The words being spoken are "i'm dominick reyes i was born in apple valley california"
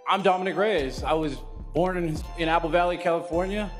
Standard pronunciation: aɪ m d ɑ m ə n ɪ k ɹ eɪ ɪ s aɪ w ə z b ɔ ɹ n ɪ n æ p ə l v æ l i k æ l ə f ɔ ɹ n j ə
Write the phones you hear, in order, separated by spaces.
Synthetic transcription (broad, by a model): aɪ m d ɑ m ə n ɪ k ɹ eɪ ɪ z aɪ w ə z b ɔ ɹ n ɪ n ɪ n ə l v æ l i k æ l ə f ɔ ɹ n j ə